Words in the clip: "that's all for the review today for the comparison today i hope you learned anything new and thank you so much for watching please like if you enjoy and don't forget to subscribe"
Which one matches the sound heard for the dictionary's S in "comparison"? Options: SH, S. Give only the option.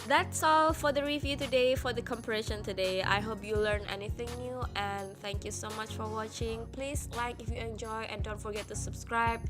SH